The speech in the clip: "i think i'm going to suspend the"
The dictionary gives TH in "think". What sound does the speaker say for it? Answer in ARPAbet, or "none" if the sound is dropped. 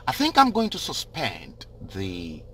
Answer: TH